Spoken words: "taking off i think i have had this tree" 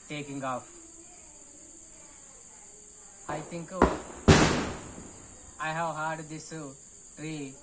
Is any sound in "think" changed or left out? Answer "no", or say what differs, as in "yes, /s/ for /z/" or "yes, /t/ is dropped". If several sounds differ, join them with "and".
yes, /t/ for /θ/